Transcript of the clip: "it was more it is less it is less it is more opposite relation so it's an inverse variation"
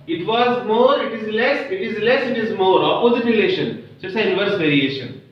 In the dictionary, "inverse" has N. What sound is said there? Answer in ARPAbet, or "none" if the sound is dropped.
none